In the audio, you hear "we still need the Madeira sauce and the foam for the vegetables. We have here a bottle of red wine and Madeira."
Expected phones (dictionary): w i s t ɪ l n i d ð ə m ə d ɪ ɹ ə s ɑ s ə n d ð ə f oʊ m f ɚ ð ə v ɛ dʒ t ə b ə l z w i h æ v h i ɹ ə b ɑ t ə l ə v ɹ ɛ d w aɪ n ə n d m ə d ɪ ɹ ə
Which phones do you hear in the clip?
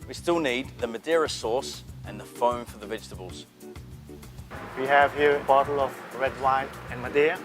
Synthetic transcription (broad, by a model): w i s t ɪ l n i d ð ə m ə d ɪ ɹ ə s ɑ s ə n ð ə f oʊ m f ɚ ð ə v ɛ dʒ t ə b ə l z w i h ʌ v h i ɹ ə b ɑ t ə l ə v ɹ ɛ d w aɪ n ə n m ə d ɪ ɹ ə